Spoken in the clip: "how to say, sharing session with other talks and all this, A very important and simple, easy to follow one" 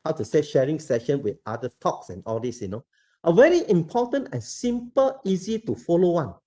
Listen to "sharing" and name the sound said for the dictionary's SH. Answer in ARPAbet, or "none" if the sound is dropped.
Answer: SH